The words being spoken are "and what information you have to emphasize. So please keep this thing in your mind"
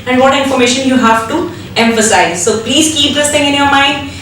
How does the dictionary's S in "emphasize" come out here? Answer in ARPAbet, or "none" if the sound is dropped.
S